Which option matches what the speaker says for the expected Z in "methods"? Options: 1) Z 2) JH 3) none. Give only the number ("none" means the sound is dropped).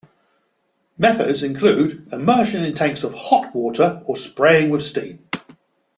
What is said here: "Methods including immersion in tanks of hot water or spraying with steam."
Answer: 1